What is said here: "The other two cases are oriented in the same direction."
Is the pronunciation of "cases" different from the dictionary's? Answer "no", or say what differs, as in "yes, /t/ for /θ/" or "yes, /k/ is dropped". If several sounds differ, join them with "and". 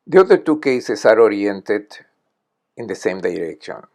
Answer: yes, /s/ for /z/